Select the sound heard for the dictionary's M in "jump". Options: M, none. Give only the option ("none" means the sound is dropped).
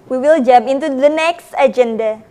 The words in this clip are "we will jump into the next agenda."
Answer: none